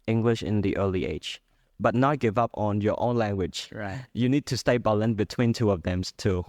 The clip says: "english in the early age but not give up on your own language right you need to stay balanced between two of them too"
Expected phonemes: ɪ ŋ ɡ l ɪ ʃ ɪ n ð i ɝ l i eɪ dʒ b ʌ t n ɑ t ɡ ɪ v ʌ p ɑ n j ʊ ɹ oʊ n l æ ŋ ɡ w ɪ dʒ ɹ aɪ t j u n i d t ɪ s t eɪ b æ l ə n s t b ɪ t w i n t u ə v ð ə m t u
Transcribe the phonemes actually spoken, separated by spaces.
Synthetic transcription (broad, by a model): ɪ ŋ ɡ l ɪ ʃ ɪ n ð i ɝ l i eɪ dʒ b ʌ t n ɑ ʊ ɡ ɪ v ʌ p n j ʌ ɹ oʊ n l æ ŋ ɡ w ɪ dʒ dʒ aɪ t j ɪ n i d t ɪ s t eɪ b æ l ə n b ɪ t w i n t u ə v ð ə m t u